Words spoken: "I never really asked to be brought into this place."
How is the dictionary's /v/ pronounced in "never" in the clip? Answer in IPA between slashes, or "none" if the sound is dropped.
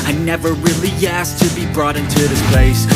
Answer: /v/